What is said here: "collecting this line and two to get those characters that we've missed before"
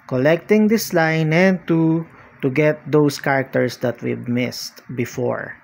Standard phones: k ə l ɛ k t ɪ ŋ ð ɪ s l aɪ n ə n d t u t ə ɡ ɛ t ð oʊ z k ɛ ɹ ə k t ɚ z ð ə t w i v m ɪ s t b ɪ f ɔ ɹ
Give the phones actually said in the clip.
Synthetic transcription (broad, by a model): k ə l ɛ k t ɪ ŋ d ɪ s l aɪ n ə n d t u t ə ɡ ɛ t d oʊ s k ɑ ɹ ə k t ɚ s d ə t w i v m ɪ s t b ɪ f ɔ ɹ